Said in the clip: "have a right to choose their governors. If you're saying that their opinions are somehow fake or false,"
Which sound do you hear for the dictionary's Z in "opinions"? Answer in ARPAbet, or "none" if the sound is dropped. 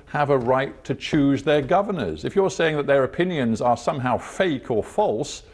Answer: Z